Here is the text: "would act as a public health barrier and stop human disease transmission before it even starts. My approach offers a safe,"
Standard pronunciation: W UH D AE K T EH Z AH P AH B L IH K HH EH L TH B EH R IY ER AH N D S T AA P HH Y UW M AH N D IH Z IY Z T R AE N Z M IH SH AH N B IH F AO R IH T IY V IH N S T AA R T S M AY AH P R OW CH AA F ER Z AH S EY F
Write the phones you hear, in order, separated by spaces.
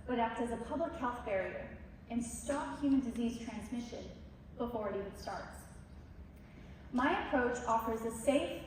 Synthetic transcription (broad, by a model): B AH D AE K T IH Z AH P AH B L IH K HH EH L TH B EH R IY ER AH N S T AA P HH Y UW M AH N D IH Z IY Z T R AE N Z M IH SH AH N B IH F AO R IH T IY IH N S T AA R T S M AY AH P R OW CH AA F ER Z AH S EY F